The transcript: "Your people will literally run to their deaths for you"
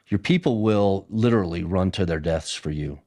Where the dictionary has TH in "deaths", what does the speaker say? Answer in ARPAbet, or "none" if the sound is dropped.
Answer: TH